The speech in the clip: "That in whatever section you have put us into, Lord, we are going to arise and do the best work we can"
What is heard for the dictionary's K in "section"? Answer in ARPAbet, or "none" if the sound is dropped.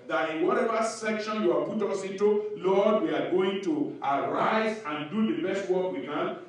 K